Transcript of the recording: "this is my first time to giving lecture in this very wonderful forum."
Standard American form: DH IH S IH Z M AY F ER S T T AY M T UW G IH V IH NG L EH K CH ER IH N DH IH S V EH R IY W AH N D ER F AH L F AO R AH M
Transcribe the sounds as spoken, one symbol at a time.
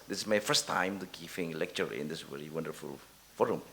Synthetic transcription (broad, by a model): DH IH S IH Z M AY F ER S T T AY M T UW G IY F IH NG L EH K CH ER IH N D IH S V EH R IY W AH N D ER F AH L F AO R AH M